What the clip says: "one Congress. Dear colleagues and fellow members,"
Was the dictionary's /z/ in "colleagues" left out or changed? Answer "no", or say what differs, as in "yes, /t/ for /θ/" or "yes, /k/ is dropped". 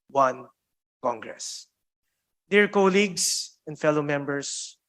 yes, /s/ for /z/